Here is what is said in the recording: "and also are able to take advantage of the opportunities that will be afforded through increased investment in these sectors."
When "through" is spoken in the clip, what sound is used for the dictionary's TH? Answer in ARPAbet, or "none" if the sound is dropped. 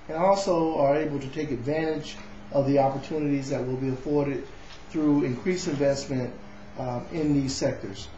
TH